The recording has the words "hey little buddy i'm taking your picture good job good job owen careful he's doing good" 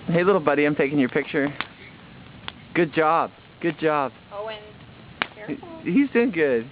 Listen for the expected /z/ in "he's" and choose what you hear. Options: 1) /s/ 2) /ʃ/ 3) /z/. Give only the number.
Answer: 3